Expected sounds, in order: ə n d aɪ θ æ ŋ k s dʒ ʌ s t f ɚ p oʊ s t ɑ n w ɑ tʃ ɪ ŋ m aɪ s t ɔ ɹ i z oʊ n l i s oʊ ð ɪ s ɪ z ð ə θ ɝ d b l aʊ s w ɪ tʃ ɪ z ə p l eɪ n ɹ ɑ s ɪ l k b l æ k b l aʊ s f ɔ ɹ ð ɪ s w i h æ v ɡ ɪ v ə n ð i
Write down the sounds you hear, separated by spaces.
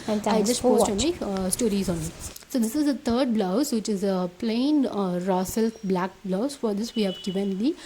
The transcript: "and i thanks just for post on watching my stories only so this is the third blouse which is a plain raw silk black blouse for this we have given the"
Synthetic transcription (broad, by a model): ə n aɪ dʒ ʌ s t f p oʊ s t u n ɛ ɪ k s t ɔ ɹ i z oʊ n i s oʊ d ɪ s ɪ z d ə t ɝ d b l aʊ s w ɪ tʃ ɪ z ə p l eɪ n ɹ ɑ s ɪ l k b l æ k b l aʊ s f ɔ ɹ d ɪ s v i h æ v ɡ ɪ v ə n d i